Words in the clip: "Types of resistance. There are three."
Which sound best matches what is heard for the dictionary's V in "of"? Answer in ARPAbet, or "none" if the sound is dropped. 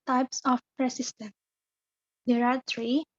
P